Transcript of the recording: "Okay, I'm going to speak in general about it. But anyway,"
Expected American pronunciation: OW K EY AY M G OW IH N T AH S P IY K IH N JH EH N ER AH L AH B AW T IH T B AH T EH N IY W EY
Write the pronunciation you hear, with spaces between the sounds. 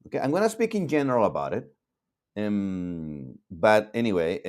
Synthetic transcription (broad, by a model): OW K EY AY M G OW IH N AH S P IY K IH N JH EH N ER L AH B AW T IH T B AH T EH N IY W EY